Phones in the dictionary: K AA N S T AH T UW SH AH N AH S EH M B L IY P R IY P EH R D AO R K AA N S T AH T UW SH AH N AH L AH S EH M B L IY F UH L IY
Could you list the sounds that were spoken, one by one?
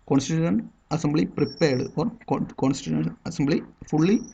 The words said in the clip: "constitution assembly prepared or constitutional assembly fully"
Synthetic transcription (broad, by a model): K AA N S T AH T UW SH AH N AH S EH M B L IY P R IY P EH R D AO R K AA N S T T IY AH AH N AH S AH M B L IY F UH L IY